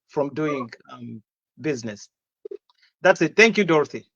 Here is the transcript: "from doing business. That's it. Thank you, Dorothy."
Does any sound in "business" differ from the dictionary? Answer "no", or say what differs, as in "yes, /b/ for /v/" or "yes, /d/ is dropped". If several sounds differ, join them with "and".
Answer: no